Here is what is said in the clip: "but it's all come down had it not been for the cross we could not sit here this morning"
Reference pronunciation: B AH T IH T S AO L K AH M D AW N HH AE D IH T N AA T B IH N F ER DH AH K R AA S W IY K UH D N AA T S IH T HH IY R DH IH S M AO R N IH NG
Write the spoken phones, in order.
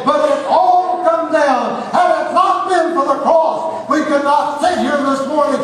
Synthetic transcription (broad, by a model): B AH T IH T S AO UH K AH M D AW L HH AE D IH T N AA T B IH N F ER DH AH K R AA S W IY K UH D N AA T S IH HH IY R DH IH S M AO R N IH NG